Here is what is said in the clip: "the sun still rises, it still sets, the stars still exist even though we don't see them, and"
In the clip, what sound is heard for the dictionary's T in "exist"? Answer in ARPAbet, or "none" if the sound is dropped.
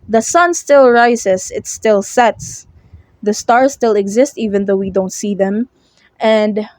T